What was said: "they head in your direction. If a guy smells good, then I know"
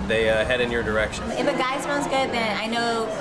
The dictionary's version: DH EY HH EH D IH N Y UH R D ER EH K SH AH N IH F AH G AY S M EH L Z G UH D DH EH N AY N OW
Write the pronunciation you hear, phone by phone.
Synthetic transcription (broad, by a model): DH EY HH EH D IH N Y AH R D ER EH K SH AH N IH F AH G AY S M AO N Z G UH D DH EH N AY N OW